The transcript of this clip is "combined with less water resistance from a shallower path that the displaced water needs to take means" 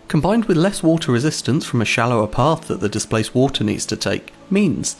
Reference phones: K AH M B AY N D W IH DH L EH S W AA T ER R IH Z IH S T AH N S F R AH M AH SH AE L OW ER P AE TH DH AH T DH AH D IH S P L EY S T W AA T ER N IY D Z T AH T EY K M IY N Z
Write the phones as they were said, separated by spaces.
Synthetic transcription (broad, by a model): K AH M B AY N D W IH DH L EH S W AA T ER R IH Z IH S T AH N S F R AH M AH SH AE L OW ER P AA TH DH AH T DH AH D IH S P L EY S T W AA T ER N IY D Z T AH T EY K M IY N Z